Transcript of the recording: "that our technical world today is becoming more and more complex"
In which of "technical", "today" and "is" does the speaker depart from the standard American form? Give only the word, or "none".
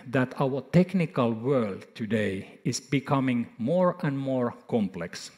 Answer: is